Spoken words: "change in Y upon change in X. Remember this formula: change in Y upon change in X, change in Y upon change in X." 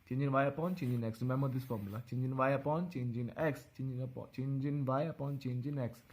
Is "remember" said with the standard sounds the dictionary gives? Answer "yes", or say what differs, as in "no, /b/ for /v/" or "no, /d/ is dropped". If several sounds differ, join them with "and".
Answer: no, /b/ is dropped